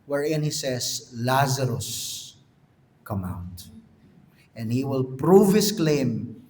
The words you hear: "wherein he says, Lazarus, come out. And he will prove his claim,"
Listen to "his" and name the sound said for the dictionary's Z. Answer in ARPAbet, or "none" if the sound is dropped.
S